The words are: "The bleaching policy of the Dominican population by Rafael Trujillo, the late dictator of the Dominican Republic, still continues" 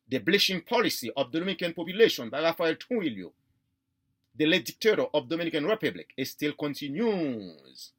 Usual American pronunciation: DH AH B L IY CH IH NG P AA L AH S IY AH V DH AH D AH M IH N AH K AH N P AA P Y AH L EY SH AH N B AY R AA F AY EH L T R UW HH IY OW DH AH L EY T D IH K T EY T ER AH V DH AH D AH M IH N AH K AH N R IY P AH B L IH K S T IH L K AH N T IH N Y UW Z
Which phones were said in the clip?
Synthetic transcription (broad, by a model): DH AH B L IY SH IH NG P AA L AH S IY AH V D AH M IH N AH K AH N P AA P Y AH L EY SH AH N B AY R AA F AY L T UW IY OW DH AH L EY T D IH K T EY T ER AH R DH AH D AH M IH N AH K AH N R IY P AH B L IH K S T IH L K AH N T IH N Y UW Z